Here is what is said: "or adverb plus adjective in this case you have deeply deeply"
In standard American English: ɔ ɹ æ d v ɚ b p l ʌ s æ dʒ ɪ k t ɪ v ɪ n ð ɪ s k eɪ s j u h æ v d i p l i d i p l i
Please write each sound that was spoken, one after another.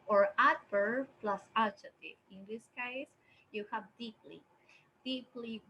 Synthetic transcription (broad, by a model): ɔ ɹ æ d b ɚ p l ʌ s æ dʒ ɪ t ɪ ɪ n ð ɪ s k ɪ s j u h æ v d i p l i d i p l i